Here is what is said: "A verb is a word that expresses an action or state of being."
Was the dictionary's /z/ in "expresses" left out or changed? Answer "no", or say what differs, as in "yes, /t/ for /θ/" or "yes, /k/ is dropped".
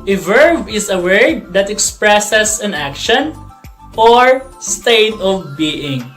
yes, /s/ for /z/